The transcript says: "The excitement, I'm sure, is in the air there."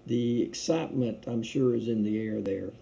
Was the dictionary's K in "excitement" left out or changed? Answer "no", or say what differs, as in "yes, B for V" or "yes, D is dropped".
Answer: no